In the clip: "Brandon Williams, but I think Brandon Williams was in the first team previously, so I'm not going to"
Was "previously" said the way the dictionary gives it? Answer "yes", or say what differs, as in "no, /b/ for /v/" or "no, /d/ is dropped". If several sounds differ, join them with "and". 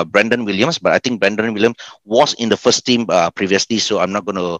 yes